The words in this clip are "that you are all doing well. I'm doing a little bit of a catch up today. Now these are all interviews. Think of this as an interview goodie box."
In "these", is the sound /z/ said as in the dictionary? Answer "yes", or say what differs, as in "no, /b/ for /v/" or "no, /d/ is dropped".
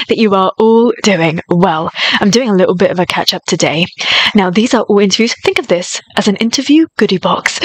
yes